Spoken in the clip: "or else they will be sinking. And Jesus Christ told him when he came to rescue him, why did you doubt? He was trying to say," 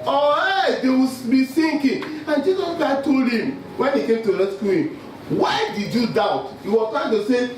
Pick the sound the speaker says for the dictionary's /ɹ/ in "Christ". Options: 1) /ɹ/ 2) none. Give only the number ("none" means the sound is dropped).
2